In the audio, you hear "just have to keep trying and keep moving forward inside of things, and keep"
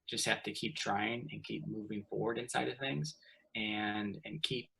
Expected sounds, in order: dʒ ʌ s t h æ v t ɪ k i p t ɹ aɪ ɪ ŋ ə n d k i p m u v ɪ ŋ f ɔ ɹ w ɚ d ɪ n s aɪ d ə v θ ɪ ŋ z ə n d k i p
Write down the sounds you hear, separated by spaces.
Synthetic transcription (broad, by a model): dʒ ʌ s t h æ f t ɪ k i p t ɹ aɪ ɪ ŋ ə n k i p m u v ɪ ŋ f ɔ ɹ w ɚ d ɪ n s aɪ d ə v θ ɪ ŋ z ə n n k i p